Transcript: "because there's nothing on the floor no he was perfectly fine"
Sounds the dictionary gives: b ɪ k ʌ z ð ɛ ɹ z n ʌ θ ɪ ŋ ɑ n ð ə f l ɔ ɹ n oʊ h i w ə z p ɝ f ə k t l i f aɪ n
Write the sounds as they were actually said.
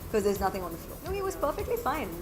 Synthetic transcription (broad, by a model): k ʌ z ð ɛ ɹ z n ʌ θ ɪ ŋ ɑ n ð ə f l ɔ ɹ n oʊ h i w ə z p ɝ f ə k t l i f aɪ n